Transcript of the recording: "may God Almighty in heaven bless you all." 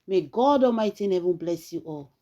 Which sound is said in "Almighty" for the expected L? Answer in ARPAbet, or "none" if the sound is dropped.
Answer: none